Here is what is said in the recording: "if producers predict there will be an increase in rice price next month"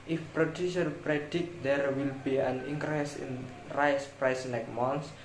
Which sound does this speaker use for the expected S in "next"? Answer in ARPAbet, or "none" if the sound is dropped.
none